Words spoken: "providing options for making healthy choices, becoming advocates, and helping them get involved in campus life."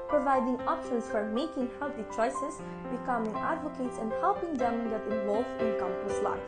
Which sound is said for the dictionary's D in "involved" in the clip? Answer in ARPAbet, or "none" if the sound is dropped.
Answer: none